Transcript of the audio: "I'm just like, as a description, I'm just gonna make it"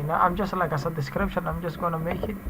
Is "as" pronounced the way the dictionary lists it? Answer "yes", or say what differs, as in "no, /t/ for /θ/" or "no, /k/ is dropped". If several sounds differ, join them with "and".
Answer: no, /s/ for /z/